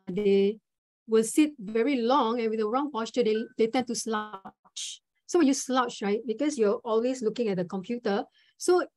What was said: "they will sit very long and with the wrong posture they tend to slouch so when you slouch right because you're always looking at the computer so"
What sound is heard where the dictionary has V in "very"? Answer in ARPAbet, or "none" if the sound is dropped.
V